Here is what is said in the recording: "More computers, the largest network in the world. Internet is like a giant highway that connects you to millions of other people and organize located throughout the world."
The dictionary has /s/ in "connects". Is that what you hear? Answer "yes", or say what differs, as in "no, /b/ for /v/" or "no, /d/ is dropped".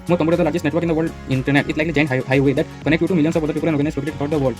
no, /s/ is dropped